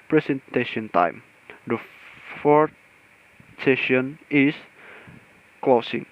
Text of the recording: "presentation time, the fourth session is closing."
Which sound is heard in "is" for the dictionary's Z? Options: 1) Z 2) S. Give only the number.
2